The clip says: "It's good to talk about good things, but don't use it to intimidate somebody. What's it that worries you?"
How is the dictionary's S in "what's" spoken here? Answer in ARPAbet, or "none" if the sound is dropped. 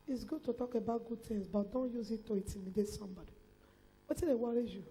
none